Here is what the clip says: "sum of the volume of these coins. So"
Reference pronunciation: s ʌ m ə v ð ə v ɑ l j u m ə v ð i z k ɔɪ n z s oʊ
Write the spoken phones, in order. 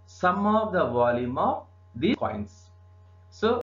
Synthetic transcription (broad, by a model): s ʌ m ə v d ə v ɑ l j u m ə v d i k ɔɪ n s s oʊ